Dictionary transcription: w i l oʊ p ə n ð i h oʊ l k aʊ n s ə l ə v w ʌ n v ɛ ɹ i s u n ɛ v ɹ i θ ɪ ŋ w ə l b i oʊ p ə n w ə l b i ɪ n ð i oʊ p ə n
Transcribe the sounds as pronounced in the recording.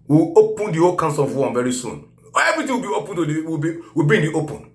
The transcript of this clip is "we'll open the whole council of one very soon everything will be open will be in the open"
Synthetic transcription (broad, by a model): w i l oʊ p ə n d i h oʊ l k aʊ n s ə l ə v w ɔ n v ɛ ɹ i s u n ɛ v ɹ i t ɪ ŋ w ə l b i oʊ p ə n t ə w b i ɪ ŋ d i oʊ p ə n